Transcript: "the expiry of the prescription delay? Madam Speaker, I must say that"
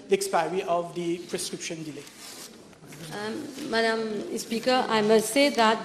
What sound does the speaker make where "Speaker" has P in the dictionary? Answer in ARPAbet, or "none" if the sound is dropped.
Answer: P